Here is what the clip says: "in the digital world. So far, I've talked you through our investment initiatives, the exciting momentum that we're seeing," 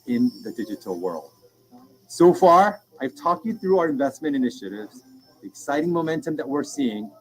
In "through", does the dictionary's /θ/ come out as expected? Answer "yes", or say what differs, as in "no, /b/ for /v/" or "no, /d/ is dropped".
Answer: yes